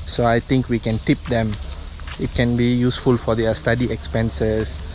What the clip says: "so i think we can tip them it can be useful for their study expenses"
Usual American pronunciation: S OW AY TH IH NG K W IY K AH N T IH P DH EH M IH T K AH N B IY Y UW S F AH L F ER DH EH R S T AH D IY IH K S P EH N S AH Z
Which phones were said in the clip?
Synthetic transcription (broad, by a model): S OW AY T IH NG K W IY K AH N T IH P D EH M IH T K AH N B IY Y UW S F AH L F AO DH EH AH S T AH D IY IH K S P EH N S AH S